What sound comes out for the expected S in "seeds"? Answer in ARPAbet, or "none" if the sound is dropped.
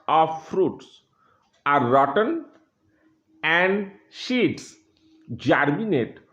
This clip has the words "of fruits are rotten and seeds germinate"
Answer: SH